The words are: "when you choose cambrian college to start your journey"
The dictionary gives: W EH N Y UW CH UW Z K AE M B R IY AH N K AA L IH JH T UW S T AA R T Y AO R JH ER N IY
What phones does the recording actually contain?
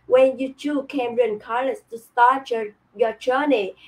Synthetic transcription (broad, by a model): W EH N Y UW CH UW K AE M R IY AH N K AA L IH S T UW S T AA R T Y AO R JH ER N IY